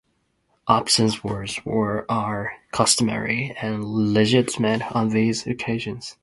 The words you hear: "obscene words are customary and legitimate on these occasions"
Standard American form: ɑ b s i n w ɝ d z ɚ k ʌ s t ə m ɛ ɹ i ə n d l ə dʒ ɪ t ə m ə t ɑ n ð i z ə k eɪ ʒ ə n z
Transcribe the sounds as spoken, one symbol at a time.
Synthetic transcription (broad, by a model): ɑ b s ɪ n w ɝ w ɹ ɚ k ʌ s t ə m ɛ ɹ i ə n l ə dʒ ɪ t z m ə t n ð i z ə k eɪ ʒ ə n z